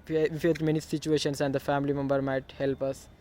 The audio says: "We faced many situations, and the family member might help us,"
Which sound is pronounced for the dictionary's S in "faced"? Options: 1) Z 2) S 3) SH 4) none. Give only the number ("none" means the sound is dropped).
4